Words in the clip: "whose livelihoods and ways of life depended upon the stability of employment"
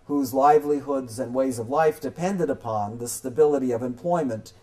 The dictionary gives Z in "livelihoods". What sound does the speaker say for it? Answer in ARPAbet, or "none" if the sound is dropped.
Z